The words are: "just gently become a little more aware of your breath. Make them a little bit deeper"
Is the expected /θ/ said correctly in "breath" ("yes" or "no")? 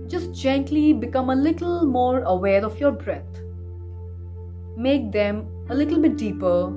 no